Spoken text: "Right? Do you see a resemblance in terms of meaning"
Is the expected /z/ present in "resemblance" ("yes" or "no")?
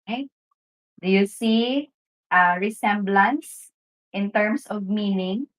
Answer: no